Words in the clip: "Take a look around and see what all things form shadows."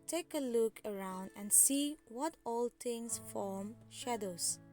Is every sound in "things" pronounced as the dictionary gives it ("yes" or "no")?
no